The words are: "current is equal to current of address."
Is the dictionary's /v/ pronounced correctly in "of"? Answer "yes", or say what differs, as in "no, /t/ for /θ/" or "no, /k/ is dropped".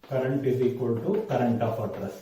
no, /p/ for /v/